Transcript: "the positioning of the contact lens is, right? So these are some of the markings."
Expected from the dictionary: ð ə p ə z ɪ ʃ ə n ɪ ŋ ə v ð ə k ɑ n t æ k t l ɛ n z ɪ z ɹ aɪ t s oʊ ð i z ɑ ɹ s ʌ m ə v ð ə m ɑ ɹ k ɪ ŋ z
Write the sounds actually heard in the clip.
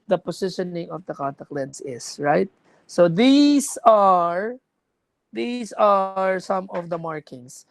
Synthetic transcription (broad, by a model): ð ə p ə s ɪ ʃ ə n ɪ ŋ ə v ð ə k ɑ n t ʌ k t l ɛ n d ɪ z ɹ aɪ t s oʊ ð i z ɑ ɹ s ʌ m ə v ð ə m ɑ ɹ k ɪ ŋ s